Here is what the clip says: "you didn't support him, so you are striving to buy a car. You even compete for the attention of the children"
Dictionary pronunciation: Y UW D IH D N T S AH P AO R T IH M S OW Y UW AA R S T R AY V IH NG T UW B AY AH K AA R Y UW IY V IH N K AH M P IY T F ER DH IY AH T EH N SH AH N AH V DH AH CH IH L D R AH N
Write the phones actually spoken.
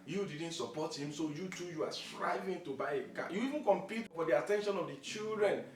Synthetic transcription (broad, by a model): Y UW D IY D N T S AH P AO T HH IH M S OW Y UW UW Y S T R AY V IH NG T UW B AY AH K AA Y UW IY V IH N K AH M P IY T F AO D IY AH T EH N SH AH N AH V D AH CH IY L D R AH N